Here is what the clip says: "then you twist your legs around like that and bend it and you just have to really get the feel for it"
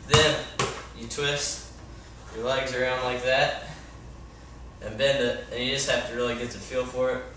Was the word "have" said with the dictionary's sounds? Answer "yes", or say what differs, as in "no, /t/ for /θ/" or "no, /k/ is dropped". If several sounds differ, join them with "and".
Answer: no, /f/ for /v/